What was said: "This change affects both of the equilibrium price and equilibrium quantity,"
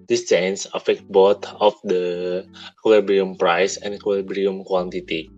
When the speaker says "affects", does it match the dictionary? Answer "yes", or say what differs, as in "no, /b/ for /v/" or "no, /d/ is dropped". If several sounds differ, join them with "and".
no, /s/ is dropped